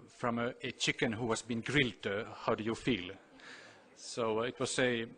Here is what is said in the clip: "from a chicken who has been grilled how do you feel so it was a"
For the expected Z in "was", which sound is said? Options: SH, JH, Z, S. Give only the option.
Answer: S